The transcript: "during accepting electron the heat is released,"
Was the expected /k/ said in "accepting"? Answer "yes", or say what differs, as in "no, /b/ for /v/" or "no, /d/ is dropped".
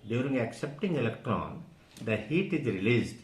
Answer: yes